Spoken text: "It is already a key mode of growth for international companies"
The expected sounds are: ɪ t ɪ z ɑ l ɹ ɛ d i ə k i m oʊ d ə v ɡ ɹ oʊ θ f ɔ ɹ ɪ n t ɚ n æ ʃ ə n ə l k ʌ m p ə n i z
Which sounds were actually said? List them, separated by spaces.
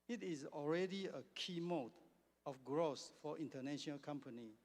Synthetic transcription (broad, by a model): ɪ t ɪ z ɑ l ɹ ɛ d i ə k i m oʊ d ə f ɡ ɹ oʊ s f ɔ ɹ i n t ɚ n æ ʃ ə n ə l k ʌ m p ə n i